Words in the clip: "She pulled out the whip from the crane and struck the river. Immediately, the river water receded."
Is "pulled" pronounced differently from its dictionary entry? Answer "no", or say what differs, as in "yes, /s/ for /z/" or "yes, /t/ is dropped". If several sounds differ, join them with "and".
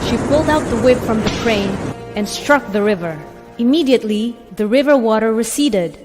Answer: no